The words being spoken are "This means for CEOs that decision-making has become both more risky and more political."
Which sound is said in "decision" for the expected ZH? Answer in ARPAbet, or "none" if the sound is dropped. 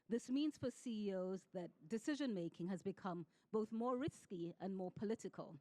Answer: ZH